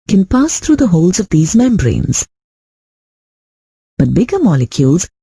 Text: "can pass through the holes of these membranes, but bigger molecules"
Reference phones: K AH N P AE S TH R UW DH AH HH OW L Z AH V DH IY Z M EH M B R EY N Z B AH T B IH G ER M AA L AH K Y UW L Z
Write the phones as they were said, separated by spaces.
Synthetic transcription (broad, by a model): K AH N P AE S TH R UW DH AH HH OW L Z AH V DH IY Z M EH M B R EY N Z B AH T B IH G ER M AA L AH K Y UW L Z